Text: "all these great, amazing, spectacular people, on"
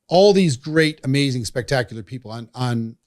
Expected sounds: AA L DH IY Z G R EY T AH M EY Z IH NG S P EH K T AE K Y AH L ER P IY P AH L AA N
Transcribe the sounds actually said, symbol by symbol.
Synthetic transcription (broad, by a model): AA L DH IY Z G R EY T AH M EY Z IH NG S P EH K T AE K Y L ER P IY P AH N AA N